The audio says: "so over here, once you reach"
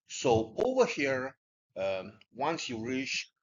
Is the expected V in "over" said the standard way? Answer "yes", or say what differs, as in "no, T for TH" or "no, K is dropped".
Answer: yes